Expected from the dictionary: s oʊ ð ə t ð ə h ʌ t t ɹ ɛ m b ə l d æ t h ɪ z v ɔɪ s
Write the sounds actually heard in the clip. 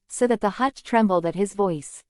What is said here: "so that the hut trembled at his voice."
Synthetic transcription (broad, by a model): s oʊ ð ə t ð ə h ʌ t t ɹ ɛ m b l d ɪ t h ɪ z v ɔɪ s